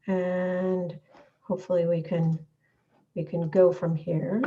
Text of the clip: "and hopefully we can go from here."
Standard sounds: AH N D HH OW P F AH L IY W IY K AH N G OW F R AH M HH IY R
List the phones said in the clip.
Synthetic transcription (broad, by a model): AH N HH OW P F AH W IY W IY K AH N G OW F R AH M HH IY R